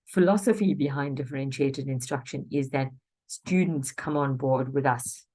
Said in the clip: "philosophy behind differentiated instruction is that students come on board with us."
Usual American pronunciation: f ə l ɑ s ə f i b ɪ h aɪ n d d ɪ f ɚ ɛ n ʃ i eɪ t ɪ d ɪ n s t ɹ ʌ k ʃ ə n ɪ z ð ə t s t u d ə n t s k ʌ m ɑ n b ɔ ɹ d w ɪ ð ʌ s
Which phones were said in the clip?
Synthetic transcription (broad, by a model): f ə l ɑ s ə f i b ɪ h aɪ n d d ɪ f ɚ ɛ n ʃ i eɪ t ɪ d ɪ n s t ɹ ʌ k ʃ ə n ɪ z ð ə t s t u d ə n t s k ʌ m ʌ n b ɔ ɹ d w ɪ ð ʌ s